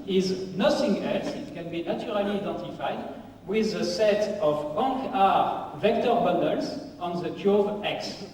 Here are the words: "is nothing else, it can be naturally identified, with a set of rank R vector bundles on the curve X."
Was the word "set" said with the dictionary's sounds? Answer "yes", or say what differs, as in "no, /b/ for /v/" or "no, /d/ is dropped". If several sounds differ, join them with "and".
yes